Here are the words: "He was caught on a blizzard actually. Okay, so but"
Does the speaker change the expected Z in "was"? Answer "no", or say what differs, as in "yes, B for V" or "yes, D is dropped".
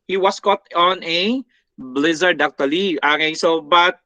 yes, S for Z